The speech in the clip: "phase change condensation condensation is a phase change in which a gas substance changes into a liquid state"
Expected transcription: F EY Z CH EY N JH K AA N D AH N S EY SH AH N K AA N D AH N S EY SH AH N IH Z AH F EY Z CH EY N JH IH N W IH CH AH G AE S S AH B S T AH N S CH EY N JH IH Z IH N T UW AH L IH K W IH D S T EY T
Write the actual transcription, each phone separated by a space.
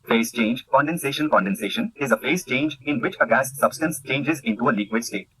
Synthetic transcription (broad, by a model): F EY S CH EY N JH K AA N D AH N S EY SH AH N K AA N D AH N S EY SH AH N IH Z AH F EY S CH EY N JH IH N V IH CH AH G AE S S AH B S T AH N S CH EY N JH IH Z IH N T UW AH L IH K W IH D S T EY T